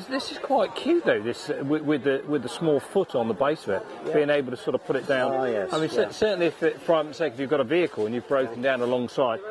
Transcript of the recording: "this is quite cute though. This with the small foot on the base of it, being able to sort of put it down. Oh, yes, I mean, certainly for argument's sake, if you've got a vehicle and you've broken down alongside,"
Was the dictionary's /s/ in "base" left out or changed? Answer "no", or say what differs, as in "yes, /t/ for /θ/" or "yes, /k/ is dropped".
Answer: no